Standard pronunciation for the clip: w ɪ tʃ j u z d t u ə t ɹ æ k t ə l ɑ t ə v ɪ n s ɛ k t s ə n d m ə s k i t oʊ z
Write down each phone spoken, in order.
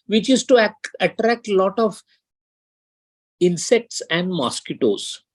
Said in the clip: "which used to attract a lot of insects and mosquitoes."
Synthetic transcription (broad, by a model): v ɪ tʃ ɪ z t u ə t ɹ æ k t l ɑ t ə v ɪ n s ɛ k t s ə n d m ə s k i t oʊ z